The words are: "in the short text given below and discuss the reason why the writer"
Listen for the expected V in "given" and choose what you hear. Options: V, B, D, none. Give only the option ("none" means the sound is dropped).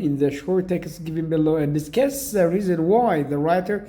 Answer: V